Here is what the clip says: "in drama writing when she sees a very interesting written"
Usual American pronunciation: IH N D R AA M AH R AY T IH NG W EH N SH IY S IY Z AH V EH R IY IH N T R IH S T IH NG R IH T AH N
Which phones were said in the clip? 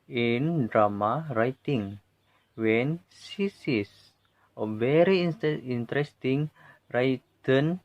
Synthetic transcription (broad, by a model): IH N D R AA M AH R AY T IH NG W EH N S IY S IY S AH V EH R IY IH N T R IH S T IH NG R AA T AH N